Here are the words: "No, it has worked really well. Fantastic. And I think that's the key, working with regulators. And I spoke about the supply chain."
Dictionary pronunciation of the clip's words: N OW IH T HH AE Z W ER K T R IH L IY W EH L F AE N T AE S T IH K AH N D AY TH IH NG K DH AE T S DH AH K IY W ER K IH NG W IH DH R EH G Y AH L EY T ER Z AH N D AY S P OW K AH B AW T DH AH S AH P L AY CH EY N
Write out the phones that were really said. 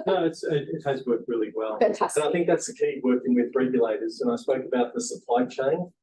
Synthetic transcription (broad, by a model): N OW IH T HH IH Z W ER K T R IH L IY W EH L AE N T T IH AH TH IH NG K DH AE T S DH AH K IY W ER K IH NG W IH DH R EH G Y AH L EY T ER Z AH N AY S P OW K AH B AW T DH AH S AH P L AY CH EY N